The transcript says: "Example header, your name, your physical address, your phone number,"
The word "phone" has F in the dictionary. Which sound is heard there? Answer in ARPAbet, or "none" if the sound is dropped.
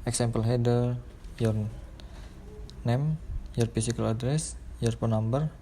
P